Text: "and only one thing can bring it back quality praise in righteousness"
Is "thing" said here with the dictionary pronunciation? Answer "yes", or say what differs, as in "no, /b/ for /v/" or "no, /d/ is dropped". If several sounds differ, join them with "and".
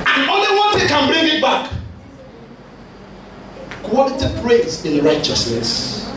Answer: no, /s/ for /θ/